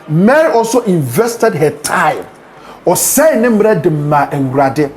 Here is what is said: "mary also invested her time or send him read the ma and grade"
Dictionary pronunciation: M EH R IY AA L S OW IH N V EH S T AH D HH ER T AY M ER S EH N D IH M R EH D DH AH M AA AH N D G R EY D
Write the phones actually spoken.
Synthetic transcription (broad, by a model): M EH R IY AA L S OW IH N V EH S T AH D HH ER T AY M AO S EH N IH M R EH D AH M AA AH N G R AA D